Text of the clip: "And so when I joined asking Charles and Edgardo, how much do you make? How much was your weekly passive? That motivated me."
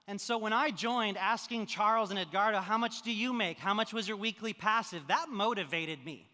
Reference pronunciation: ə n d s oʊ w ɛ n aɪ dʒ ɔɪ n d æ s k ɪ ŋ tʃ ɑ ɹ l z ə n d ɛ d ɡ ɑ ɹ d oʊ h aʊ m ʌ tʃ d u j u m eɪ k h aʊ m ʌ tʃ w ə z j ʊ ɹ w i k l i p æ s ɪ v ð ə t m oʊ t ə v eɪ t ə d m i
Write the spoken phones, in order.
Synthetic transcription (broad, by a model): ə n s oʊ w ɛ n aɪ dʒ ɔɪ n d æ s k ɪ ŋ tʃ ɑ ɹ l z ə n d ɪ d ɡ ɑ ɹ d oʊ h aʊ m ʌ tʃ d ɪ j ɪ m eɪ k h aʊ m ʌ tʃ w ə z j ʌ ɹ w i k l i p æ s ɪ v ð ə t m oʊ t ə v eɪ t ə d m i